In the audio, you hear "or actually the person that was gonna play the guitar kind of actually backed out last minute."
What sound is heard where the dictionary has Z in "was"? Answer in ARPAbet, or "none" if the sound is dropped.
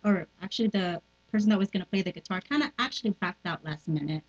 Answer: Z